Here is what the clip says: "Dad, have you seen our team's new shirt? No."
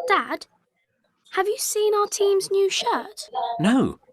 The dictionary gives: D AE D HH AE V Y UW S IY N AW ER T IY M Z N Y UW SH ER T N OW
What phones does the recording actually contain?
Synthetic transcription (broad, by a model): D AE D HH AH V Y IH S IY N AW ER T IY M Z N Y UW SH ER T N OW